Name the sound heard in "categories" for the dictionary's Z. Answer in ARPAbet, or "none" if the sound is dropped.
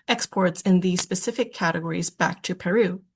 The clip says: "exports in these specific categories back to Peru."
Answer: Z